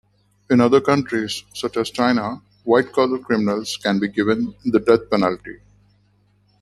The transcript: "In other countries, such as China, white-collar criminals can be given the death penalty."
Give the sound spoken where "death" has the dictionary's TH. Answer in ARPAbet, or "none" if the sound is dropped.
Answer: T